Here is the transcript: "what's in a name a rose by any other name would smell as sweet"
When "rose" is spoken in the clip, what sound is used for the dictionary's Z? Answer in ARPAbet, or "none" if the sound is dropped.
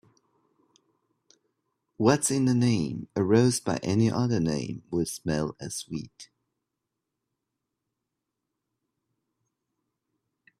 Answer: Z